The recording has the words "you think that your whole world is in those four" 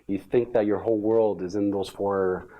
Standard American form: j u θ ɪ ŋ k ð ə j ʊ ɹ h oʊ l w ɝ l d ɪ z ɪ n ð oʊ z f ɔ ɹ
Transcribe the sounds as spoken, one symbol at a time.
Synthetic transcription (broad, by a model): j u θ ɪ ŋ k ð ə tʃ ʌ ɹ h oʊ l w ɝ l d ɪ z ɪ n ð oʊ z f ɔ ɹ